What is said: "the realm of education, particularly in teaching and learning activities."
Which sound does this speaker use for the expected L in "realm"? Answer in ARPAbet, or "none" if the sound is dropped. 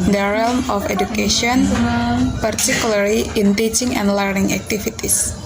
L